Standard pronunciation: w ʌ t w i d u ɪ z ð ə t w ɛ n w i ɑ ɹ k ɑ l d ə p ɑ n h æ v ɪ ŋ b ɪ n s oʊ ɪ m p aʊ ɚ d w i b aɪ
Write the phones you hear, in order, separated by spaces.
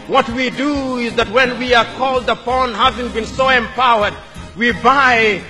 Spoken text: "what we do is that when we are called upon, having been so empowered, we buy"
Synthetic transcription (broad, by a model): w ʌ t w i d u ɪ z ð ə t w ɛ n w i ɑ ɹ k ɑ l d ə p ɑ n h æ v ɪ ŋ b ɪ n s oʊ ɪ m p aʊ ɚ d w i b aɪ